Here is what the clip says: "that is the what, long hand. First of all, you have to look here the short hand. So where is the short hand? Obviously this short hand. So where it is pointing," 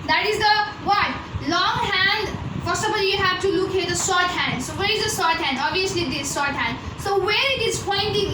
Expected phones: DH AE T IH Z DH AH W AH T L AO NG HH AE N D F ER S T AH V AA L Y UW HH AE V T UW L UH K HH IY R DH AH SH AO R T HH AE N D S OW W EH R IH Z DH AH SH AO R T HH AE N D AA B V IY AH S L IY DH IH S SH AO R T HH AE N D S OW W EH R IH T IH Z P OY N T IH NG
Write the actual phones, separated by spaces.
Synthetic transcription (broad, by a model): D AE T IH Z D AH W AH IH L AO NG HH AE N D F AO S AH B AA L Y UW HH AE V T UW L UH K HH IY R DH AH S AO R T HH AE N D S OW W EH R IH Z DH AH S AO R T HH AE N D AA B V IY AH S L IY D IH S S AO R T HH AE N D S OW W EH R IH T IH Z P OY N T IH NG